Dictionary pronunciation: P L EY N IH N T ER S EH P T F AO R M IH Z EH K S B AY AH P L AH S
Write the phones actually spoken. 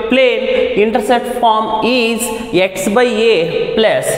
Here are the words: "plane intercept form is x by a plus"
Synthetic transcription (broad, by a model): P L EY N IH N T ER S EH T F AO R M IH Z EH K S B AY AH P L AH S